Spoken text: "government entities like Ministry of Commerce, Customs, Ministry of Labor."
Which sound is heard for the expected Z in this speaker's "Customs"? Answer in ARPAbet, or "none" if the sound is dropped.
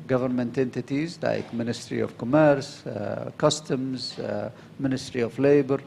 Z